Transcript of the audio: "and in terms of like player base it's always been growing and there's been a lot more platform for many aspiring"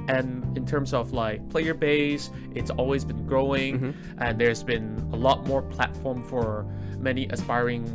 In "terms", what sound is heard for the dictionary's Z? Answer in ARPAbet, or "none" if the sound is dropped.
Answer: Z